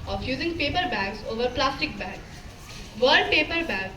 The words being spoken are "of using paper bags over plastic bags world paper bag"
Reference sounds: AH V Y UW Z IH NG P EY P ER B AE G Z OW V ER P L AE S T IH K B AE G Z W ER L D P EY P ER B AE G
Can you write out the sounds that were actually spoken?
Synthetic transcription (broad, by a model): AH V Y UW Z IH NG P EY P ER B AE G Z OW V ER P L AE S T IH K B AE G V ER D P EY P ER B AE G